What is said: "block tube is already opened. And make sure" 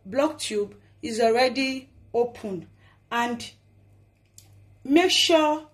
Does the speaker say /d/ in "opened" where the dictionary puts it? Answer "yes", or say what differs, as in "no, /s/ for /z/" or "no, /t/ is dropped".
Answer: no, /d/ is dropped